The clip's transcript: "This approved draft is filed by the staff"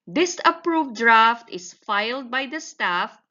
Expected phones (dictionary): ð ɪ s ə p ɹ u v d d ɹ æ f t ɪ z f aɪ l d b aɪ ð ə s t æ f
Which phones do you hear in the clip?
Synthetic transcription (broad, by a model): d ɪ s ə p ɹ u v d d ɹ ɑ f t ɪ s f aɪ l d b aɪ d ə s t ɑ f